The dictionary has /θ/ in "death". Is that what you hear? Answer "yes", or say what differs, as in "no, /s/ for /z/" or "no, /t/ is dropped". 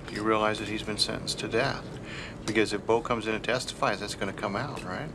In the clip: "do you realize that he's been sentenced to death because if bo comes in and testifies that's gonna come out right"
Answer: yes